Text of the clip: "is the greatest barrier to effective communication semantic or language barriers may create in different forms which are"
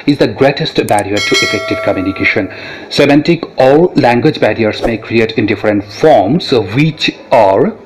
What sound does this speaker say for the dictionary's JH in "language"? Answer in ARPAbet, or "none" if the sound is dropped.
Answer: JH